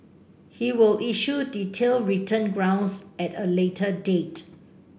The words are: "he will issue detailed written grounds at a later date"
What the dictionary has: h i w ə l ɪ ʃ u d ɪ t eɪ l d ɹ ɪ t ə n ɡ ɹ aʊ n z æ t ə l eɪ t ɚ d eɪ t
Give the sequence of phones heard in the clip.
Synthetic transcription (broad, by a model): h i w ə l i ʃ u d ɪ t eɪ l ɹ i t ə n ɡ ɹ aʊ n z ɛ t ə l eɪ t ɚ d eɪ t